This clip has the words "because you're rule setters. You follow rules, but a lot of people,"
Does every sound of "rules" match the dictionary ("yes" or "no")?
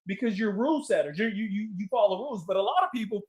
yes